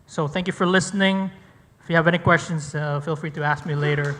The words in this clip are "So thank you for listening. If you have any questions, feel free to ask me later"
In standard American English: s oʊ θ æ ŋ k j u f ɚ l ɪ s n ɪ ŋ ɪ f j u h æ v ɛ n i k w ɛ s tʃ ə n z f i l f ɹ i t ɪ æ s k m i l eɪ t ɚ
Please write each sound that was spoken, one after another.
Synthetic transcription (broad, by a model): s oʊ θ æ ŋ k j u f ɚ l ɪ s n ɪ ŋ ɪ f j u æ v ɛ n i k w ɛ s tʃ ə n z f i l f ɹ i t ɪ æ s k m i l eɪ t ɚ